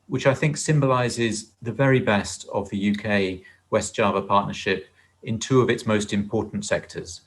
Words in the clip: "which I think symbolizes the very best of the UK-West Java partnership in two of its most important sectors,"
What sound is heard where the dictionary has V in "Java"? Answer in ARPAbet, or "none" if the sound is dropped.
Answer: V